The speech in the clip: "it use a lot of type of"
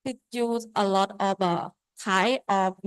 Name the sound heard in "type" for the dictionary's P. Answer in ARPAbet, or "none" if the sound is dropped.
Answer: none